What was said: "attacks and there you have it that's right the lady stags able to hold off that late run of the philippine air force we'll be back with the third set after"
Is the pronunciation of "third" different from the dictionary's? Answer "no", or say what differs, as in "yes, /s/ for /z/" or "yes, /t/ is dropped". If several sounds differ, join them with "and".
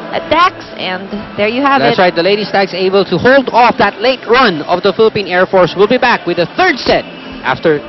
no